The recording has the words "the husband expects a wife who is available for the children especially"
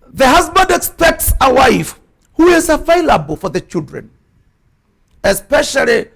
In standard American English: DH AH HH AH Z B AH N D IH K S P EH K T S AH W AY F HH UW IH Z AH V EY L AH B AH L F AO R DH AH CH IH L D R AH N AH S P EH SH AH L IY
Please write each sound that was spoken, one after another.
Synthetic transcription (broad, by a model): DH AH HH AH Z B AH N D IH K S P EH K T S AH W AY F HH UW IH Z AH V EY L AH B AH L F AO R DH AH CH IH L D R AH N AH S P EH SH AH L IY